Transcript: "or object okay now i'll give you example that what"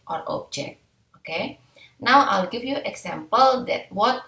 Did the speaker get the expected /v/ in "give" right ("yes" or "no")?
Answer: no